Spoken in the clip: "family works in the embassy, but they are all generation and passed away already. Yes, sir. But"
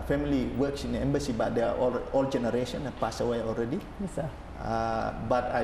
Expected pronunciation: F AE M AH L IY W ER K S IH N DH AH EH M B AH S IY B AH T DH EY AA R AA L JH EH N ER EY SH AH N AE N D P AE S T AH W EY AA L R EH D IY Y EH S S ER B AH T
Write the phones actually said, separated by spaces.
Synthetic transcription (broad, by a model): F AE M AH L IY W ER K S IH N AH EH M B AH S IY B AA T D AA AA L AA L JH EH N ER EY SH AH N N P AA S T AH W EY AA L R EH D IY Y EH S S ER B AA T